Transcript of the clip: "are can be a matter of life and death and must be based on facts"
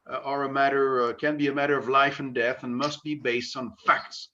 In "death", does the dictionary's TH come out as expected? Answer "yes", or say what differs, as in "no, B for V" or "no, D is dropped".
yes